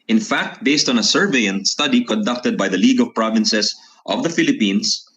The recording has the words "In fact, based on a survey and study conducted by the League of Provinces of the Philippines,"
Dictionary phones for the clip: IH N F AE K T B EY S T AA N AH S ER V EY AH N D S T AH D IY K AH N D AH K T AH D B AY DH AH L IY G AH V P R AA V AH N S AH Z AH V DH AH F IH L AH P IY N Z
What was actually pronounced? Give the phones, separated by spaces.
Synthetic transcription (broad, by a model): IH N F AE K T B EY S T AA N AH S ER V EY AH N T S T AH D IY K AH N D AH K T AH D B AY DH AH L IY G AH V P R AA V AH N S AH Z AH V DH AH F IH L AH P IY N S